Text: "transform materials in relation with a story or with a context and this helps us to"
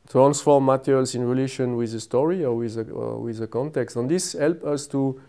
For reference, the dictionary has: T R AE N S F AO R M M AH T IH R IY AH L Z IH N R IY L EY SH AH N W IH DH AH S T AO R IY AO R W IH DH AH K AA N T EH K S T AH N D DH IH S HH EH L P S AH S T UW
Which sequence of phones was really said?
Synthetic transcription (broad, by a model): T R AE N S F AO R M M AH T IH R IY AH L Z IH N R IY L EY SH AH N W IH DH AH S T AO R IY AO W W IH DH AH K AA N T EH K S T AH N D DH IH S HH EH L P AH S T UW